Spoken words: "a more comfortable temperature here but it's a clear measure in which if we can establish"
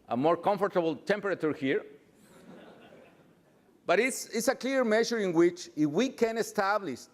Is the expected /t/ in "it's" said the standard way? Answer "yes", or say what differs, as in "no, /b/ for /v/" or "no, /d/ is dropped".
no, /s/ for /t/